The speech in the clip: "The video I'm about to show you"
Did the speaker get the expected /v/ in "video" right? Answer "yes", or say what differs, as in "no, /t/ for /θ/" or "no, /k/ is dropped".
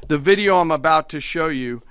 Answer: yes